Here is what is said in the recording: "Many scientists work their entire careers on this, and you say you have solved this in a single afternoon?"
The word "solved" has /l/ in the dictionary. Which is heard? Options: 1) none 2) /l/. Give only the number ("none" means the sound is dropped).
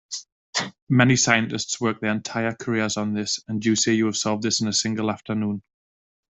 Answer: 2